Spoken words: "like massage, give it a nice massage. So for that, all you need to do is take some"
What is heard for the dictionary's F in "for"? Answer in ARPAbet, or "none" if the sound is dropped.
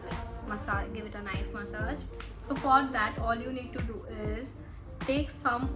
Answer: P